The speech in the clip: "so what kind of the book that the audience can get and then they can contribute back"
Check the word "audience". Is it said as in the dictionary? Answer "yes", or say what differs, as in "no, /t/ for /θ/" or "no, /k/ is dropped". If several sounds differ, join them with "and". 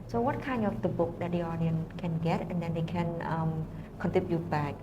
no, /s/ is dropped